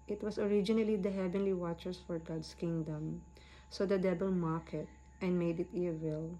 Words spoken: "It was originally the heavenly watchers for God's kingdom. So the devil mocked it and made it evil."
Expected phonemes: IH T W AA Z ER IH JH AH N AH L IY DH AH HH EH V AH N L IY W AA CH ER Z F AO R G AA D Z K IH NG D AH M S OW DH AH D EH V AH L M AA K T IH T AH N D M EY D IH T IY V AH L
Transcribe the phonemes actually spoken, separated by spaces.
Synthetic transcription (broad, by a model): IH T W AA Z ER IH JH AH N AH L IY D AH HH EH V AH N L IY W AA CH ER S F AO R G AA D S K IH NG D AH M S OW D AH D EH B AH L M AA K IH T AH N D M EY D IH T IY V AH L